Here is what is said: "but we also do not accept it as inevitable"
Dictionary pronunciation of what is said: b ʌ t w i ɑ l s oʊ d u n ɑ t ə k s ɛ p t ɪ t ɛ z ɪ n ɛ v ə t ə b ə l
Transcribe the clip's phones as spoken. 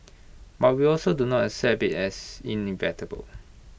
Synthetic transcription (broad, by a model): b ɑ t w i ɑ l s oʊ d u n ɑ t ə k s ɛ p ɪ t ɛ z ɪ n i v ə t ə b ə l